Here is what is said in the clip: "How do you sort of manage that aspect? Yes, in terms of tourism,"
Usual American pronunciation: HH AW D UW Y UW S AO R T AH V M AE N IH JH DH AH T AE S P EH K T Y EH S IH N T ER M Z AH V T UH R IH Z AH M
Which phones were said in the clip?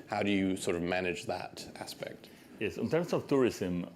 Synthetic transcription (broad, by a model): HH AW D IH Y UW S AO R T AH V M AE N IH JH DH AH T AE S P EH K T Y EH S IH N T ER M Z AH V T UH R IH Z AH M